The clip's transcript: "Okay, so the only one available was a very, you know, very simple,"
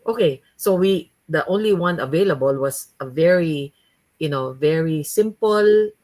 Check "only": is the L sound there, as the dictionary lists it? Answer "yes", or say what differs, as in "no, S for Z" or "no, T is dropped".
yes